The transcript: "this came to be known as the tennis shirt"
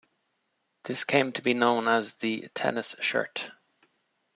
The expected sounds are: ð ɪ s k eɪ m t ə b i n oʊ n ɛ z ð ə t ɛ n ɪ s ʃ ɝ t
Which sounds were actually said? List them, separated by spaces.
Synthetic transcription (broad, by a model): ð ɪ s k eɪ m t ə b i n oʊ n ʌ z ð ə t ɛ n ɪ s ʃ ɝ t